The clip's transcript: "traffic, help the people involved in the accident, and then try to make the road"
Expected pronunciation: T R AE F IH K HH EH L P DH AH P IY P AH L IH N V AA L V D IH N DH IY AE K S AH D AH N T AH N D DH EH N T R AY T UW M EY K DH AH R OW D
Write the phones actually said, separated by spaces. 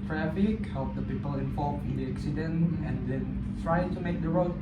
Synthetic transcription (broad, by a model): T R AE F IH K HH EH L P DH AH P IY P AH L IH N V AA L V IH N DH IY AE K S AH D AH N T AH N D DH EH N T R AY T UW M EY K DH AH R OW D